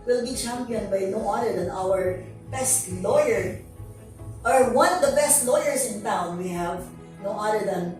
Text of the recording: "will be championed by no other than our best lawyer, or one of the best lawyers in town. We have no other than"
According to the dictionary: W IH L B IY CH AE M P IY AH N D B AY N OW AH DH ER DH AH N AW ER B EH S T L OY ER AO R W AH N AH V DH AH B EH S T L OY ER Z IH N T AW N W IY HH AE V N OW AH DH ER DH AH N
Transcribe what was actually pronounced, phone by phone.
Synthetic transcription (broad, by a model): W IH L B IY CH AE M P IY AH N D B AY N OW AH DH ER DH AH N AW ER B EH S T L OY ER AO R W AH N AH V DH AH B EH S T L OY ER S IH N T AW N W IY HH AE V N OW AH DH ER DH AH N